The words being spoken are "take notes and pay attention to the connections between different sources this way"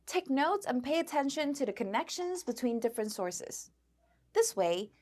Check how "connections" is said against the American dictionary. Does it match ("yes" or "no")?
yes